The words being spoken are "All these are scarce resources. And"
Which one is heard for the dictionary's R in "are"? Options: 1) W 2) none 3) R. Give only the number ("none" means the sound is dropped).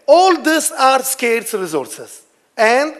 3